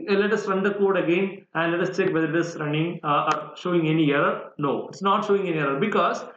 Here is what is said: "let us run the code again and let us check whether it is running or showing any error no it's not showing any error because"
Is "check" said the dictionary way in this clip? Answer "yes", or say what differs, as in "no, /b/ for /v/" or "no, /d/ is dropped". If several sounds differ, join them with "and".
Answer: yes